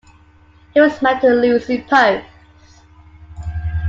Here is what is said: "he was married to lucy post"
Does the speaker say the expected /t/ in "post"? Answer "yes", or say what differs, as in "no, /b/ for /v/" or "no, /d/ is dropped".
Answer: no, /t/ is dropped